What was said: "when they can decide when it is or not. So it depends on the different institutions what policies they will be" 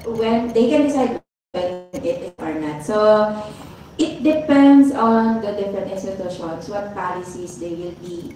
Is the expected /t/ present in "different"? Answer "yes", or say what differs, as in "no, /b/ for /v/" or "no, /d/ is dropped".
no, /t/ is dropped